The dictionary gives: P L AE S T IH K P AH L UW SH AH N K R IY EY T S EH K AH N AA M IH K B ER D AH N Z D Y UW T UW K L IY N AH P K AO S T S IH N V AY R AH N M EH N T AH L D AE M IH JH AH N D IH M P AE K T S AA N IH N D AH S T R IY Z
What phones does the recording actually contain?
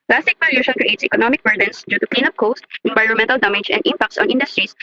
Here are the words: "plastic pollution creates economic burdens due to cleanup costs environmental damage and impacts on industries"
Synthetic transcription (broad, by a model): P L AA S T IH K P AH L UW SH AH N K R IY EY T S EH K AH N AA M IH K B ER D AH N S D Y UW T UW K L IY N AH P K AO S T IH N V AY R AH N M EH N T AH L D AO M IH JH AH N D IH M P AE K T S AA N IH N D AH S T R IY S